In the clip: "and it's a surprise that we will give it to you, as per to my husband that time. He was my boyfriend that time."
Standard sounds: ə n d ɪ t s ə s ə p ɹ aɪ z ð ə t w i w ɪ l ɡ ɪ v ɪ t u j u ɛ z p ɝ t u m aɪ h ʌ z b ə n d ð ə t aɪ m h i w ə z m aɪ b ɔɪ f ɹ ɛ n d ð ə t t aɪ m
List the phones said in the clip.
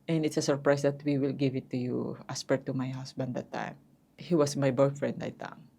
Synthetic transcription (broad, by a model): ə n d ɪ t s ə s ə p ɹ aɪ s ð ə t w i w ɪ l ɡ ɪ v ɪ t u j u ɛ s p ɝ t u m aɪ h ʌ s b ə n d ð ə t aɪ m h i w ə s m aɪ b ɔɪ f ɹ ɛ n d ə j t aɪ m